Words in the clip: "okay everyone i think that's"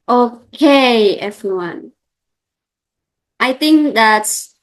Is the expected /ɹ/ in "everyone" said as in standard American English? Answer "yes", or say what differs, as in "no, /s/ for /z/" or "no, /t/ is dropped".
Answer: yes